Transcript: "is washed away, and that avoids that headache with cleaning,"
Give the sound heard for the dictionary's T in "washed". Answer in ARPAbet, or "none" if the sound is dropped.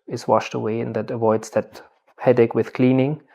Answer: T